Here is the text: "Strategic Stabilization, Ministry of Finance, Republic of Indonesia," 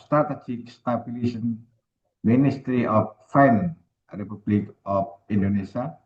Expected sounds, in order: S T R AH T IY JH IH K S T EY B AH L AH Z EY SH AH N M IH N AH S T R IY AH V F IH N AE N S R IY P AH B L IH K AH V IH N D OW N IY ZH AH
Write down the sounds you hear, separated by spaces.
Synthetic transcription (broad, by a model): S T R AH T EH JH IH K S T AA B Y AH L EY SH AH N M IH N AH S T R IY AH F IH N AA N R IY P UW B L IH K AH F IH N D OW N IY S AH